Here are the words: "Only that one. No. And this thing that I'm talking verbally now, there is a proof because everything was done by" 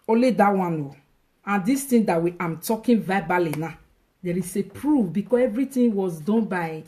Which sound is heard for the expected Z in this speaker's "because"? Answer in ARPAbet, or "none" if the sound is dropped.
S